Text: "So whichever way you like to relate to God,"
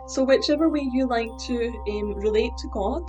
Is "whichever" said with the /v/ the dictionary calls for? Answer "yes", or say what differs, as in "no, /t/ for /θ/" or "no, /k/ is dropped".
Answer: yes